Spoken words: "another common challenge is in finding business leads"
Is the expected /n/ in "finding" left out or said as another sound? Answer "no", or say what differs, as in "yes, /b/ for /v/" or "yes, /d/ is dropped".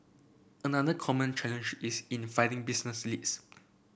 yes, /n/ is dropped